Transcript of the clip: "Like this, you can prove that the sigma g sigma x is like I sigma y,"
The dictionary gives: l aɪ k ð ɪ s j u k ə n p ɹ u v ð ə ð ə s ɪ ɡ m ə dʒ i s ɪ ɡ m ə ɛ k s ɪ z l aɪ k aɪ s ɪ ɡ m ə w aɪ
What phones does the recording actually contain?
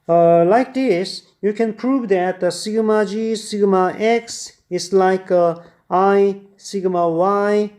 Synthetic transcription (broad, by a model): l aɪ k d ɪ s j u k ə n p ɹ u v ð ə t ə s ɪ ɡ m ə dʒ i s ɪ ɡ m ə ɛ k s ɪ s l aɪ k aɪ s ɪ ɡ m ə w aɪ